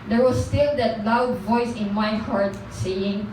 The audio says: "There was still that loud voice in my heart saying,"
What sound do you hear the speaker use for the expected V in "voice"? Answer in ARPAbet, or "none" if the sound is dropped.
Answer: V